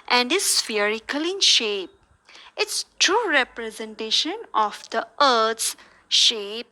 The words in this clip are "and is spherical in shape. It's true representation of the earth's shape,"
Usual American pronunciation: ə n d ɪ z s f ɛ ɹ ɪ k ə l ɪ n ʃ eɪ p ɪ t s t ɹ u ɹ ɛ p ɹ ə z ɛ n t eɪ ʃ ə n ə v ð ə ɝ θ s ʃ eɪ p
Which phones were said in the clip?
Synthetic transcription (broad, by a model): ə n d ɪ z s f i ɹ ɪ k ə l ɪ n ʃ eɪ p ɪ t s t ɹ u ɹ ɛ p ɹ ə z ɛ n t eɪ ʃ ə n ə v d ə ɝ t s ʃ eɪ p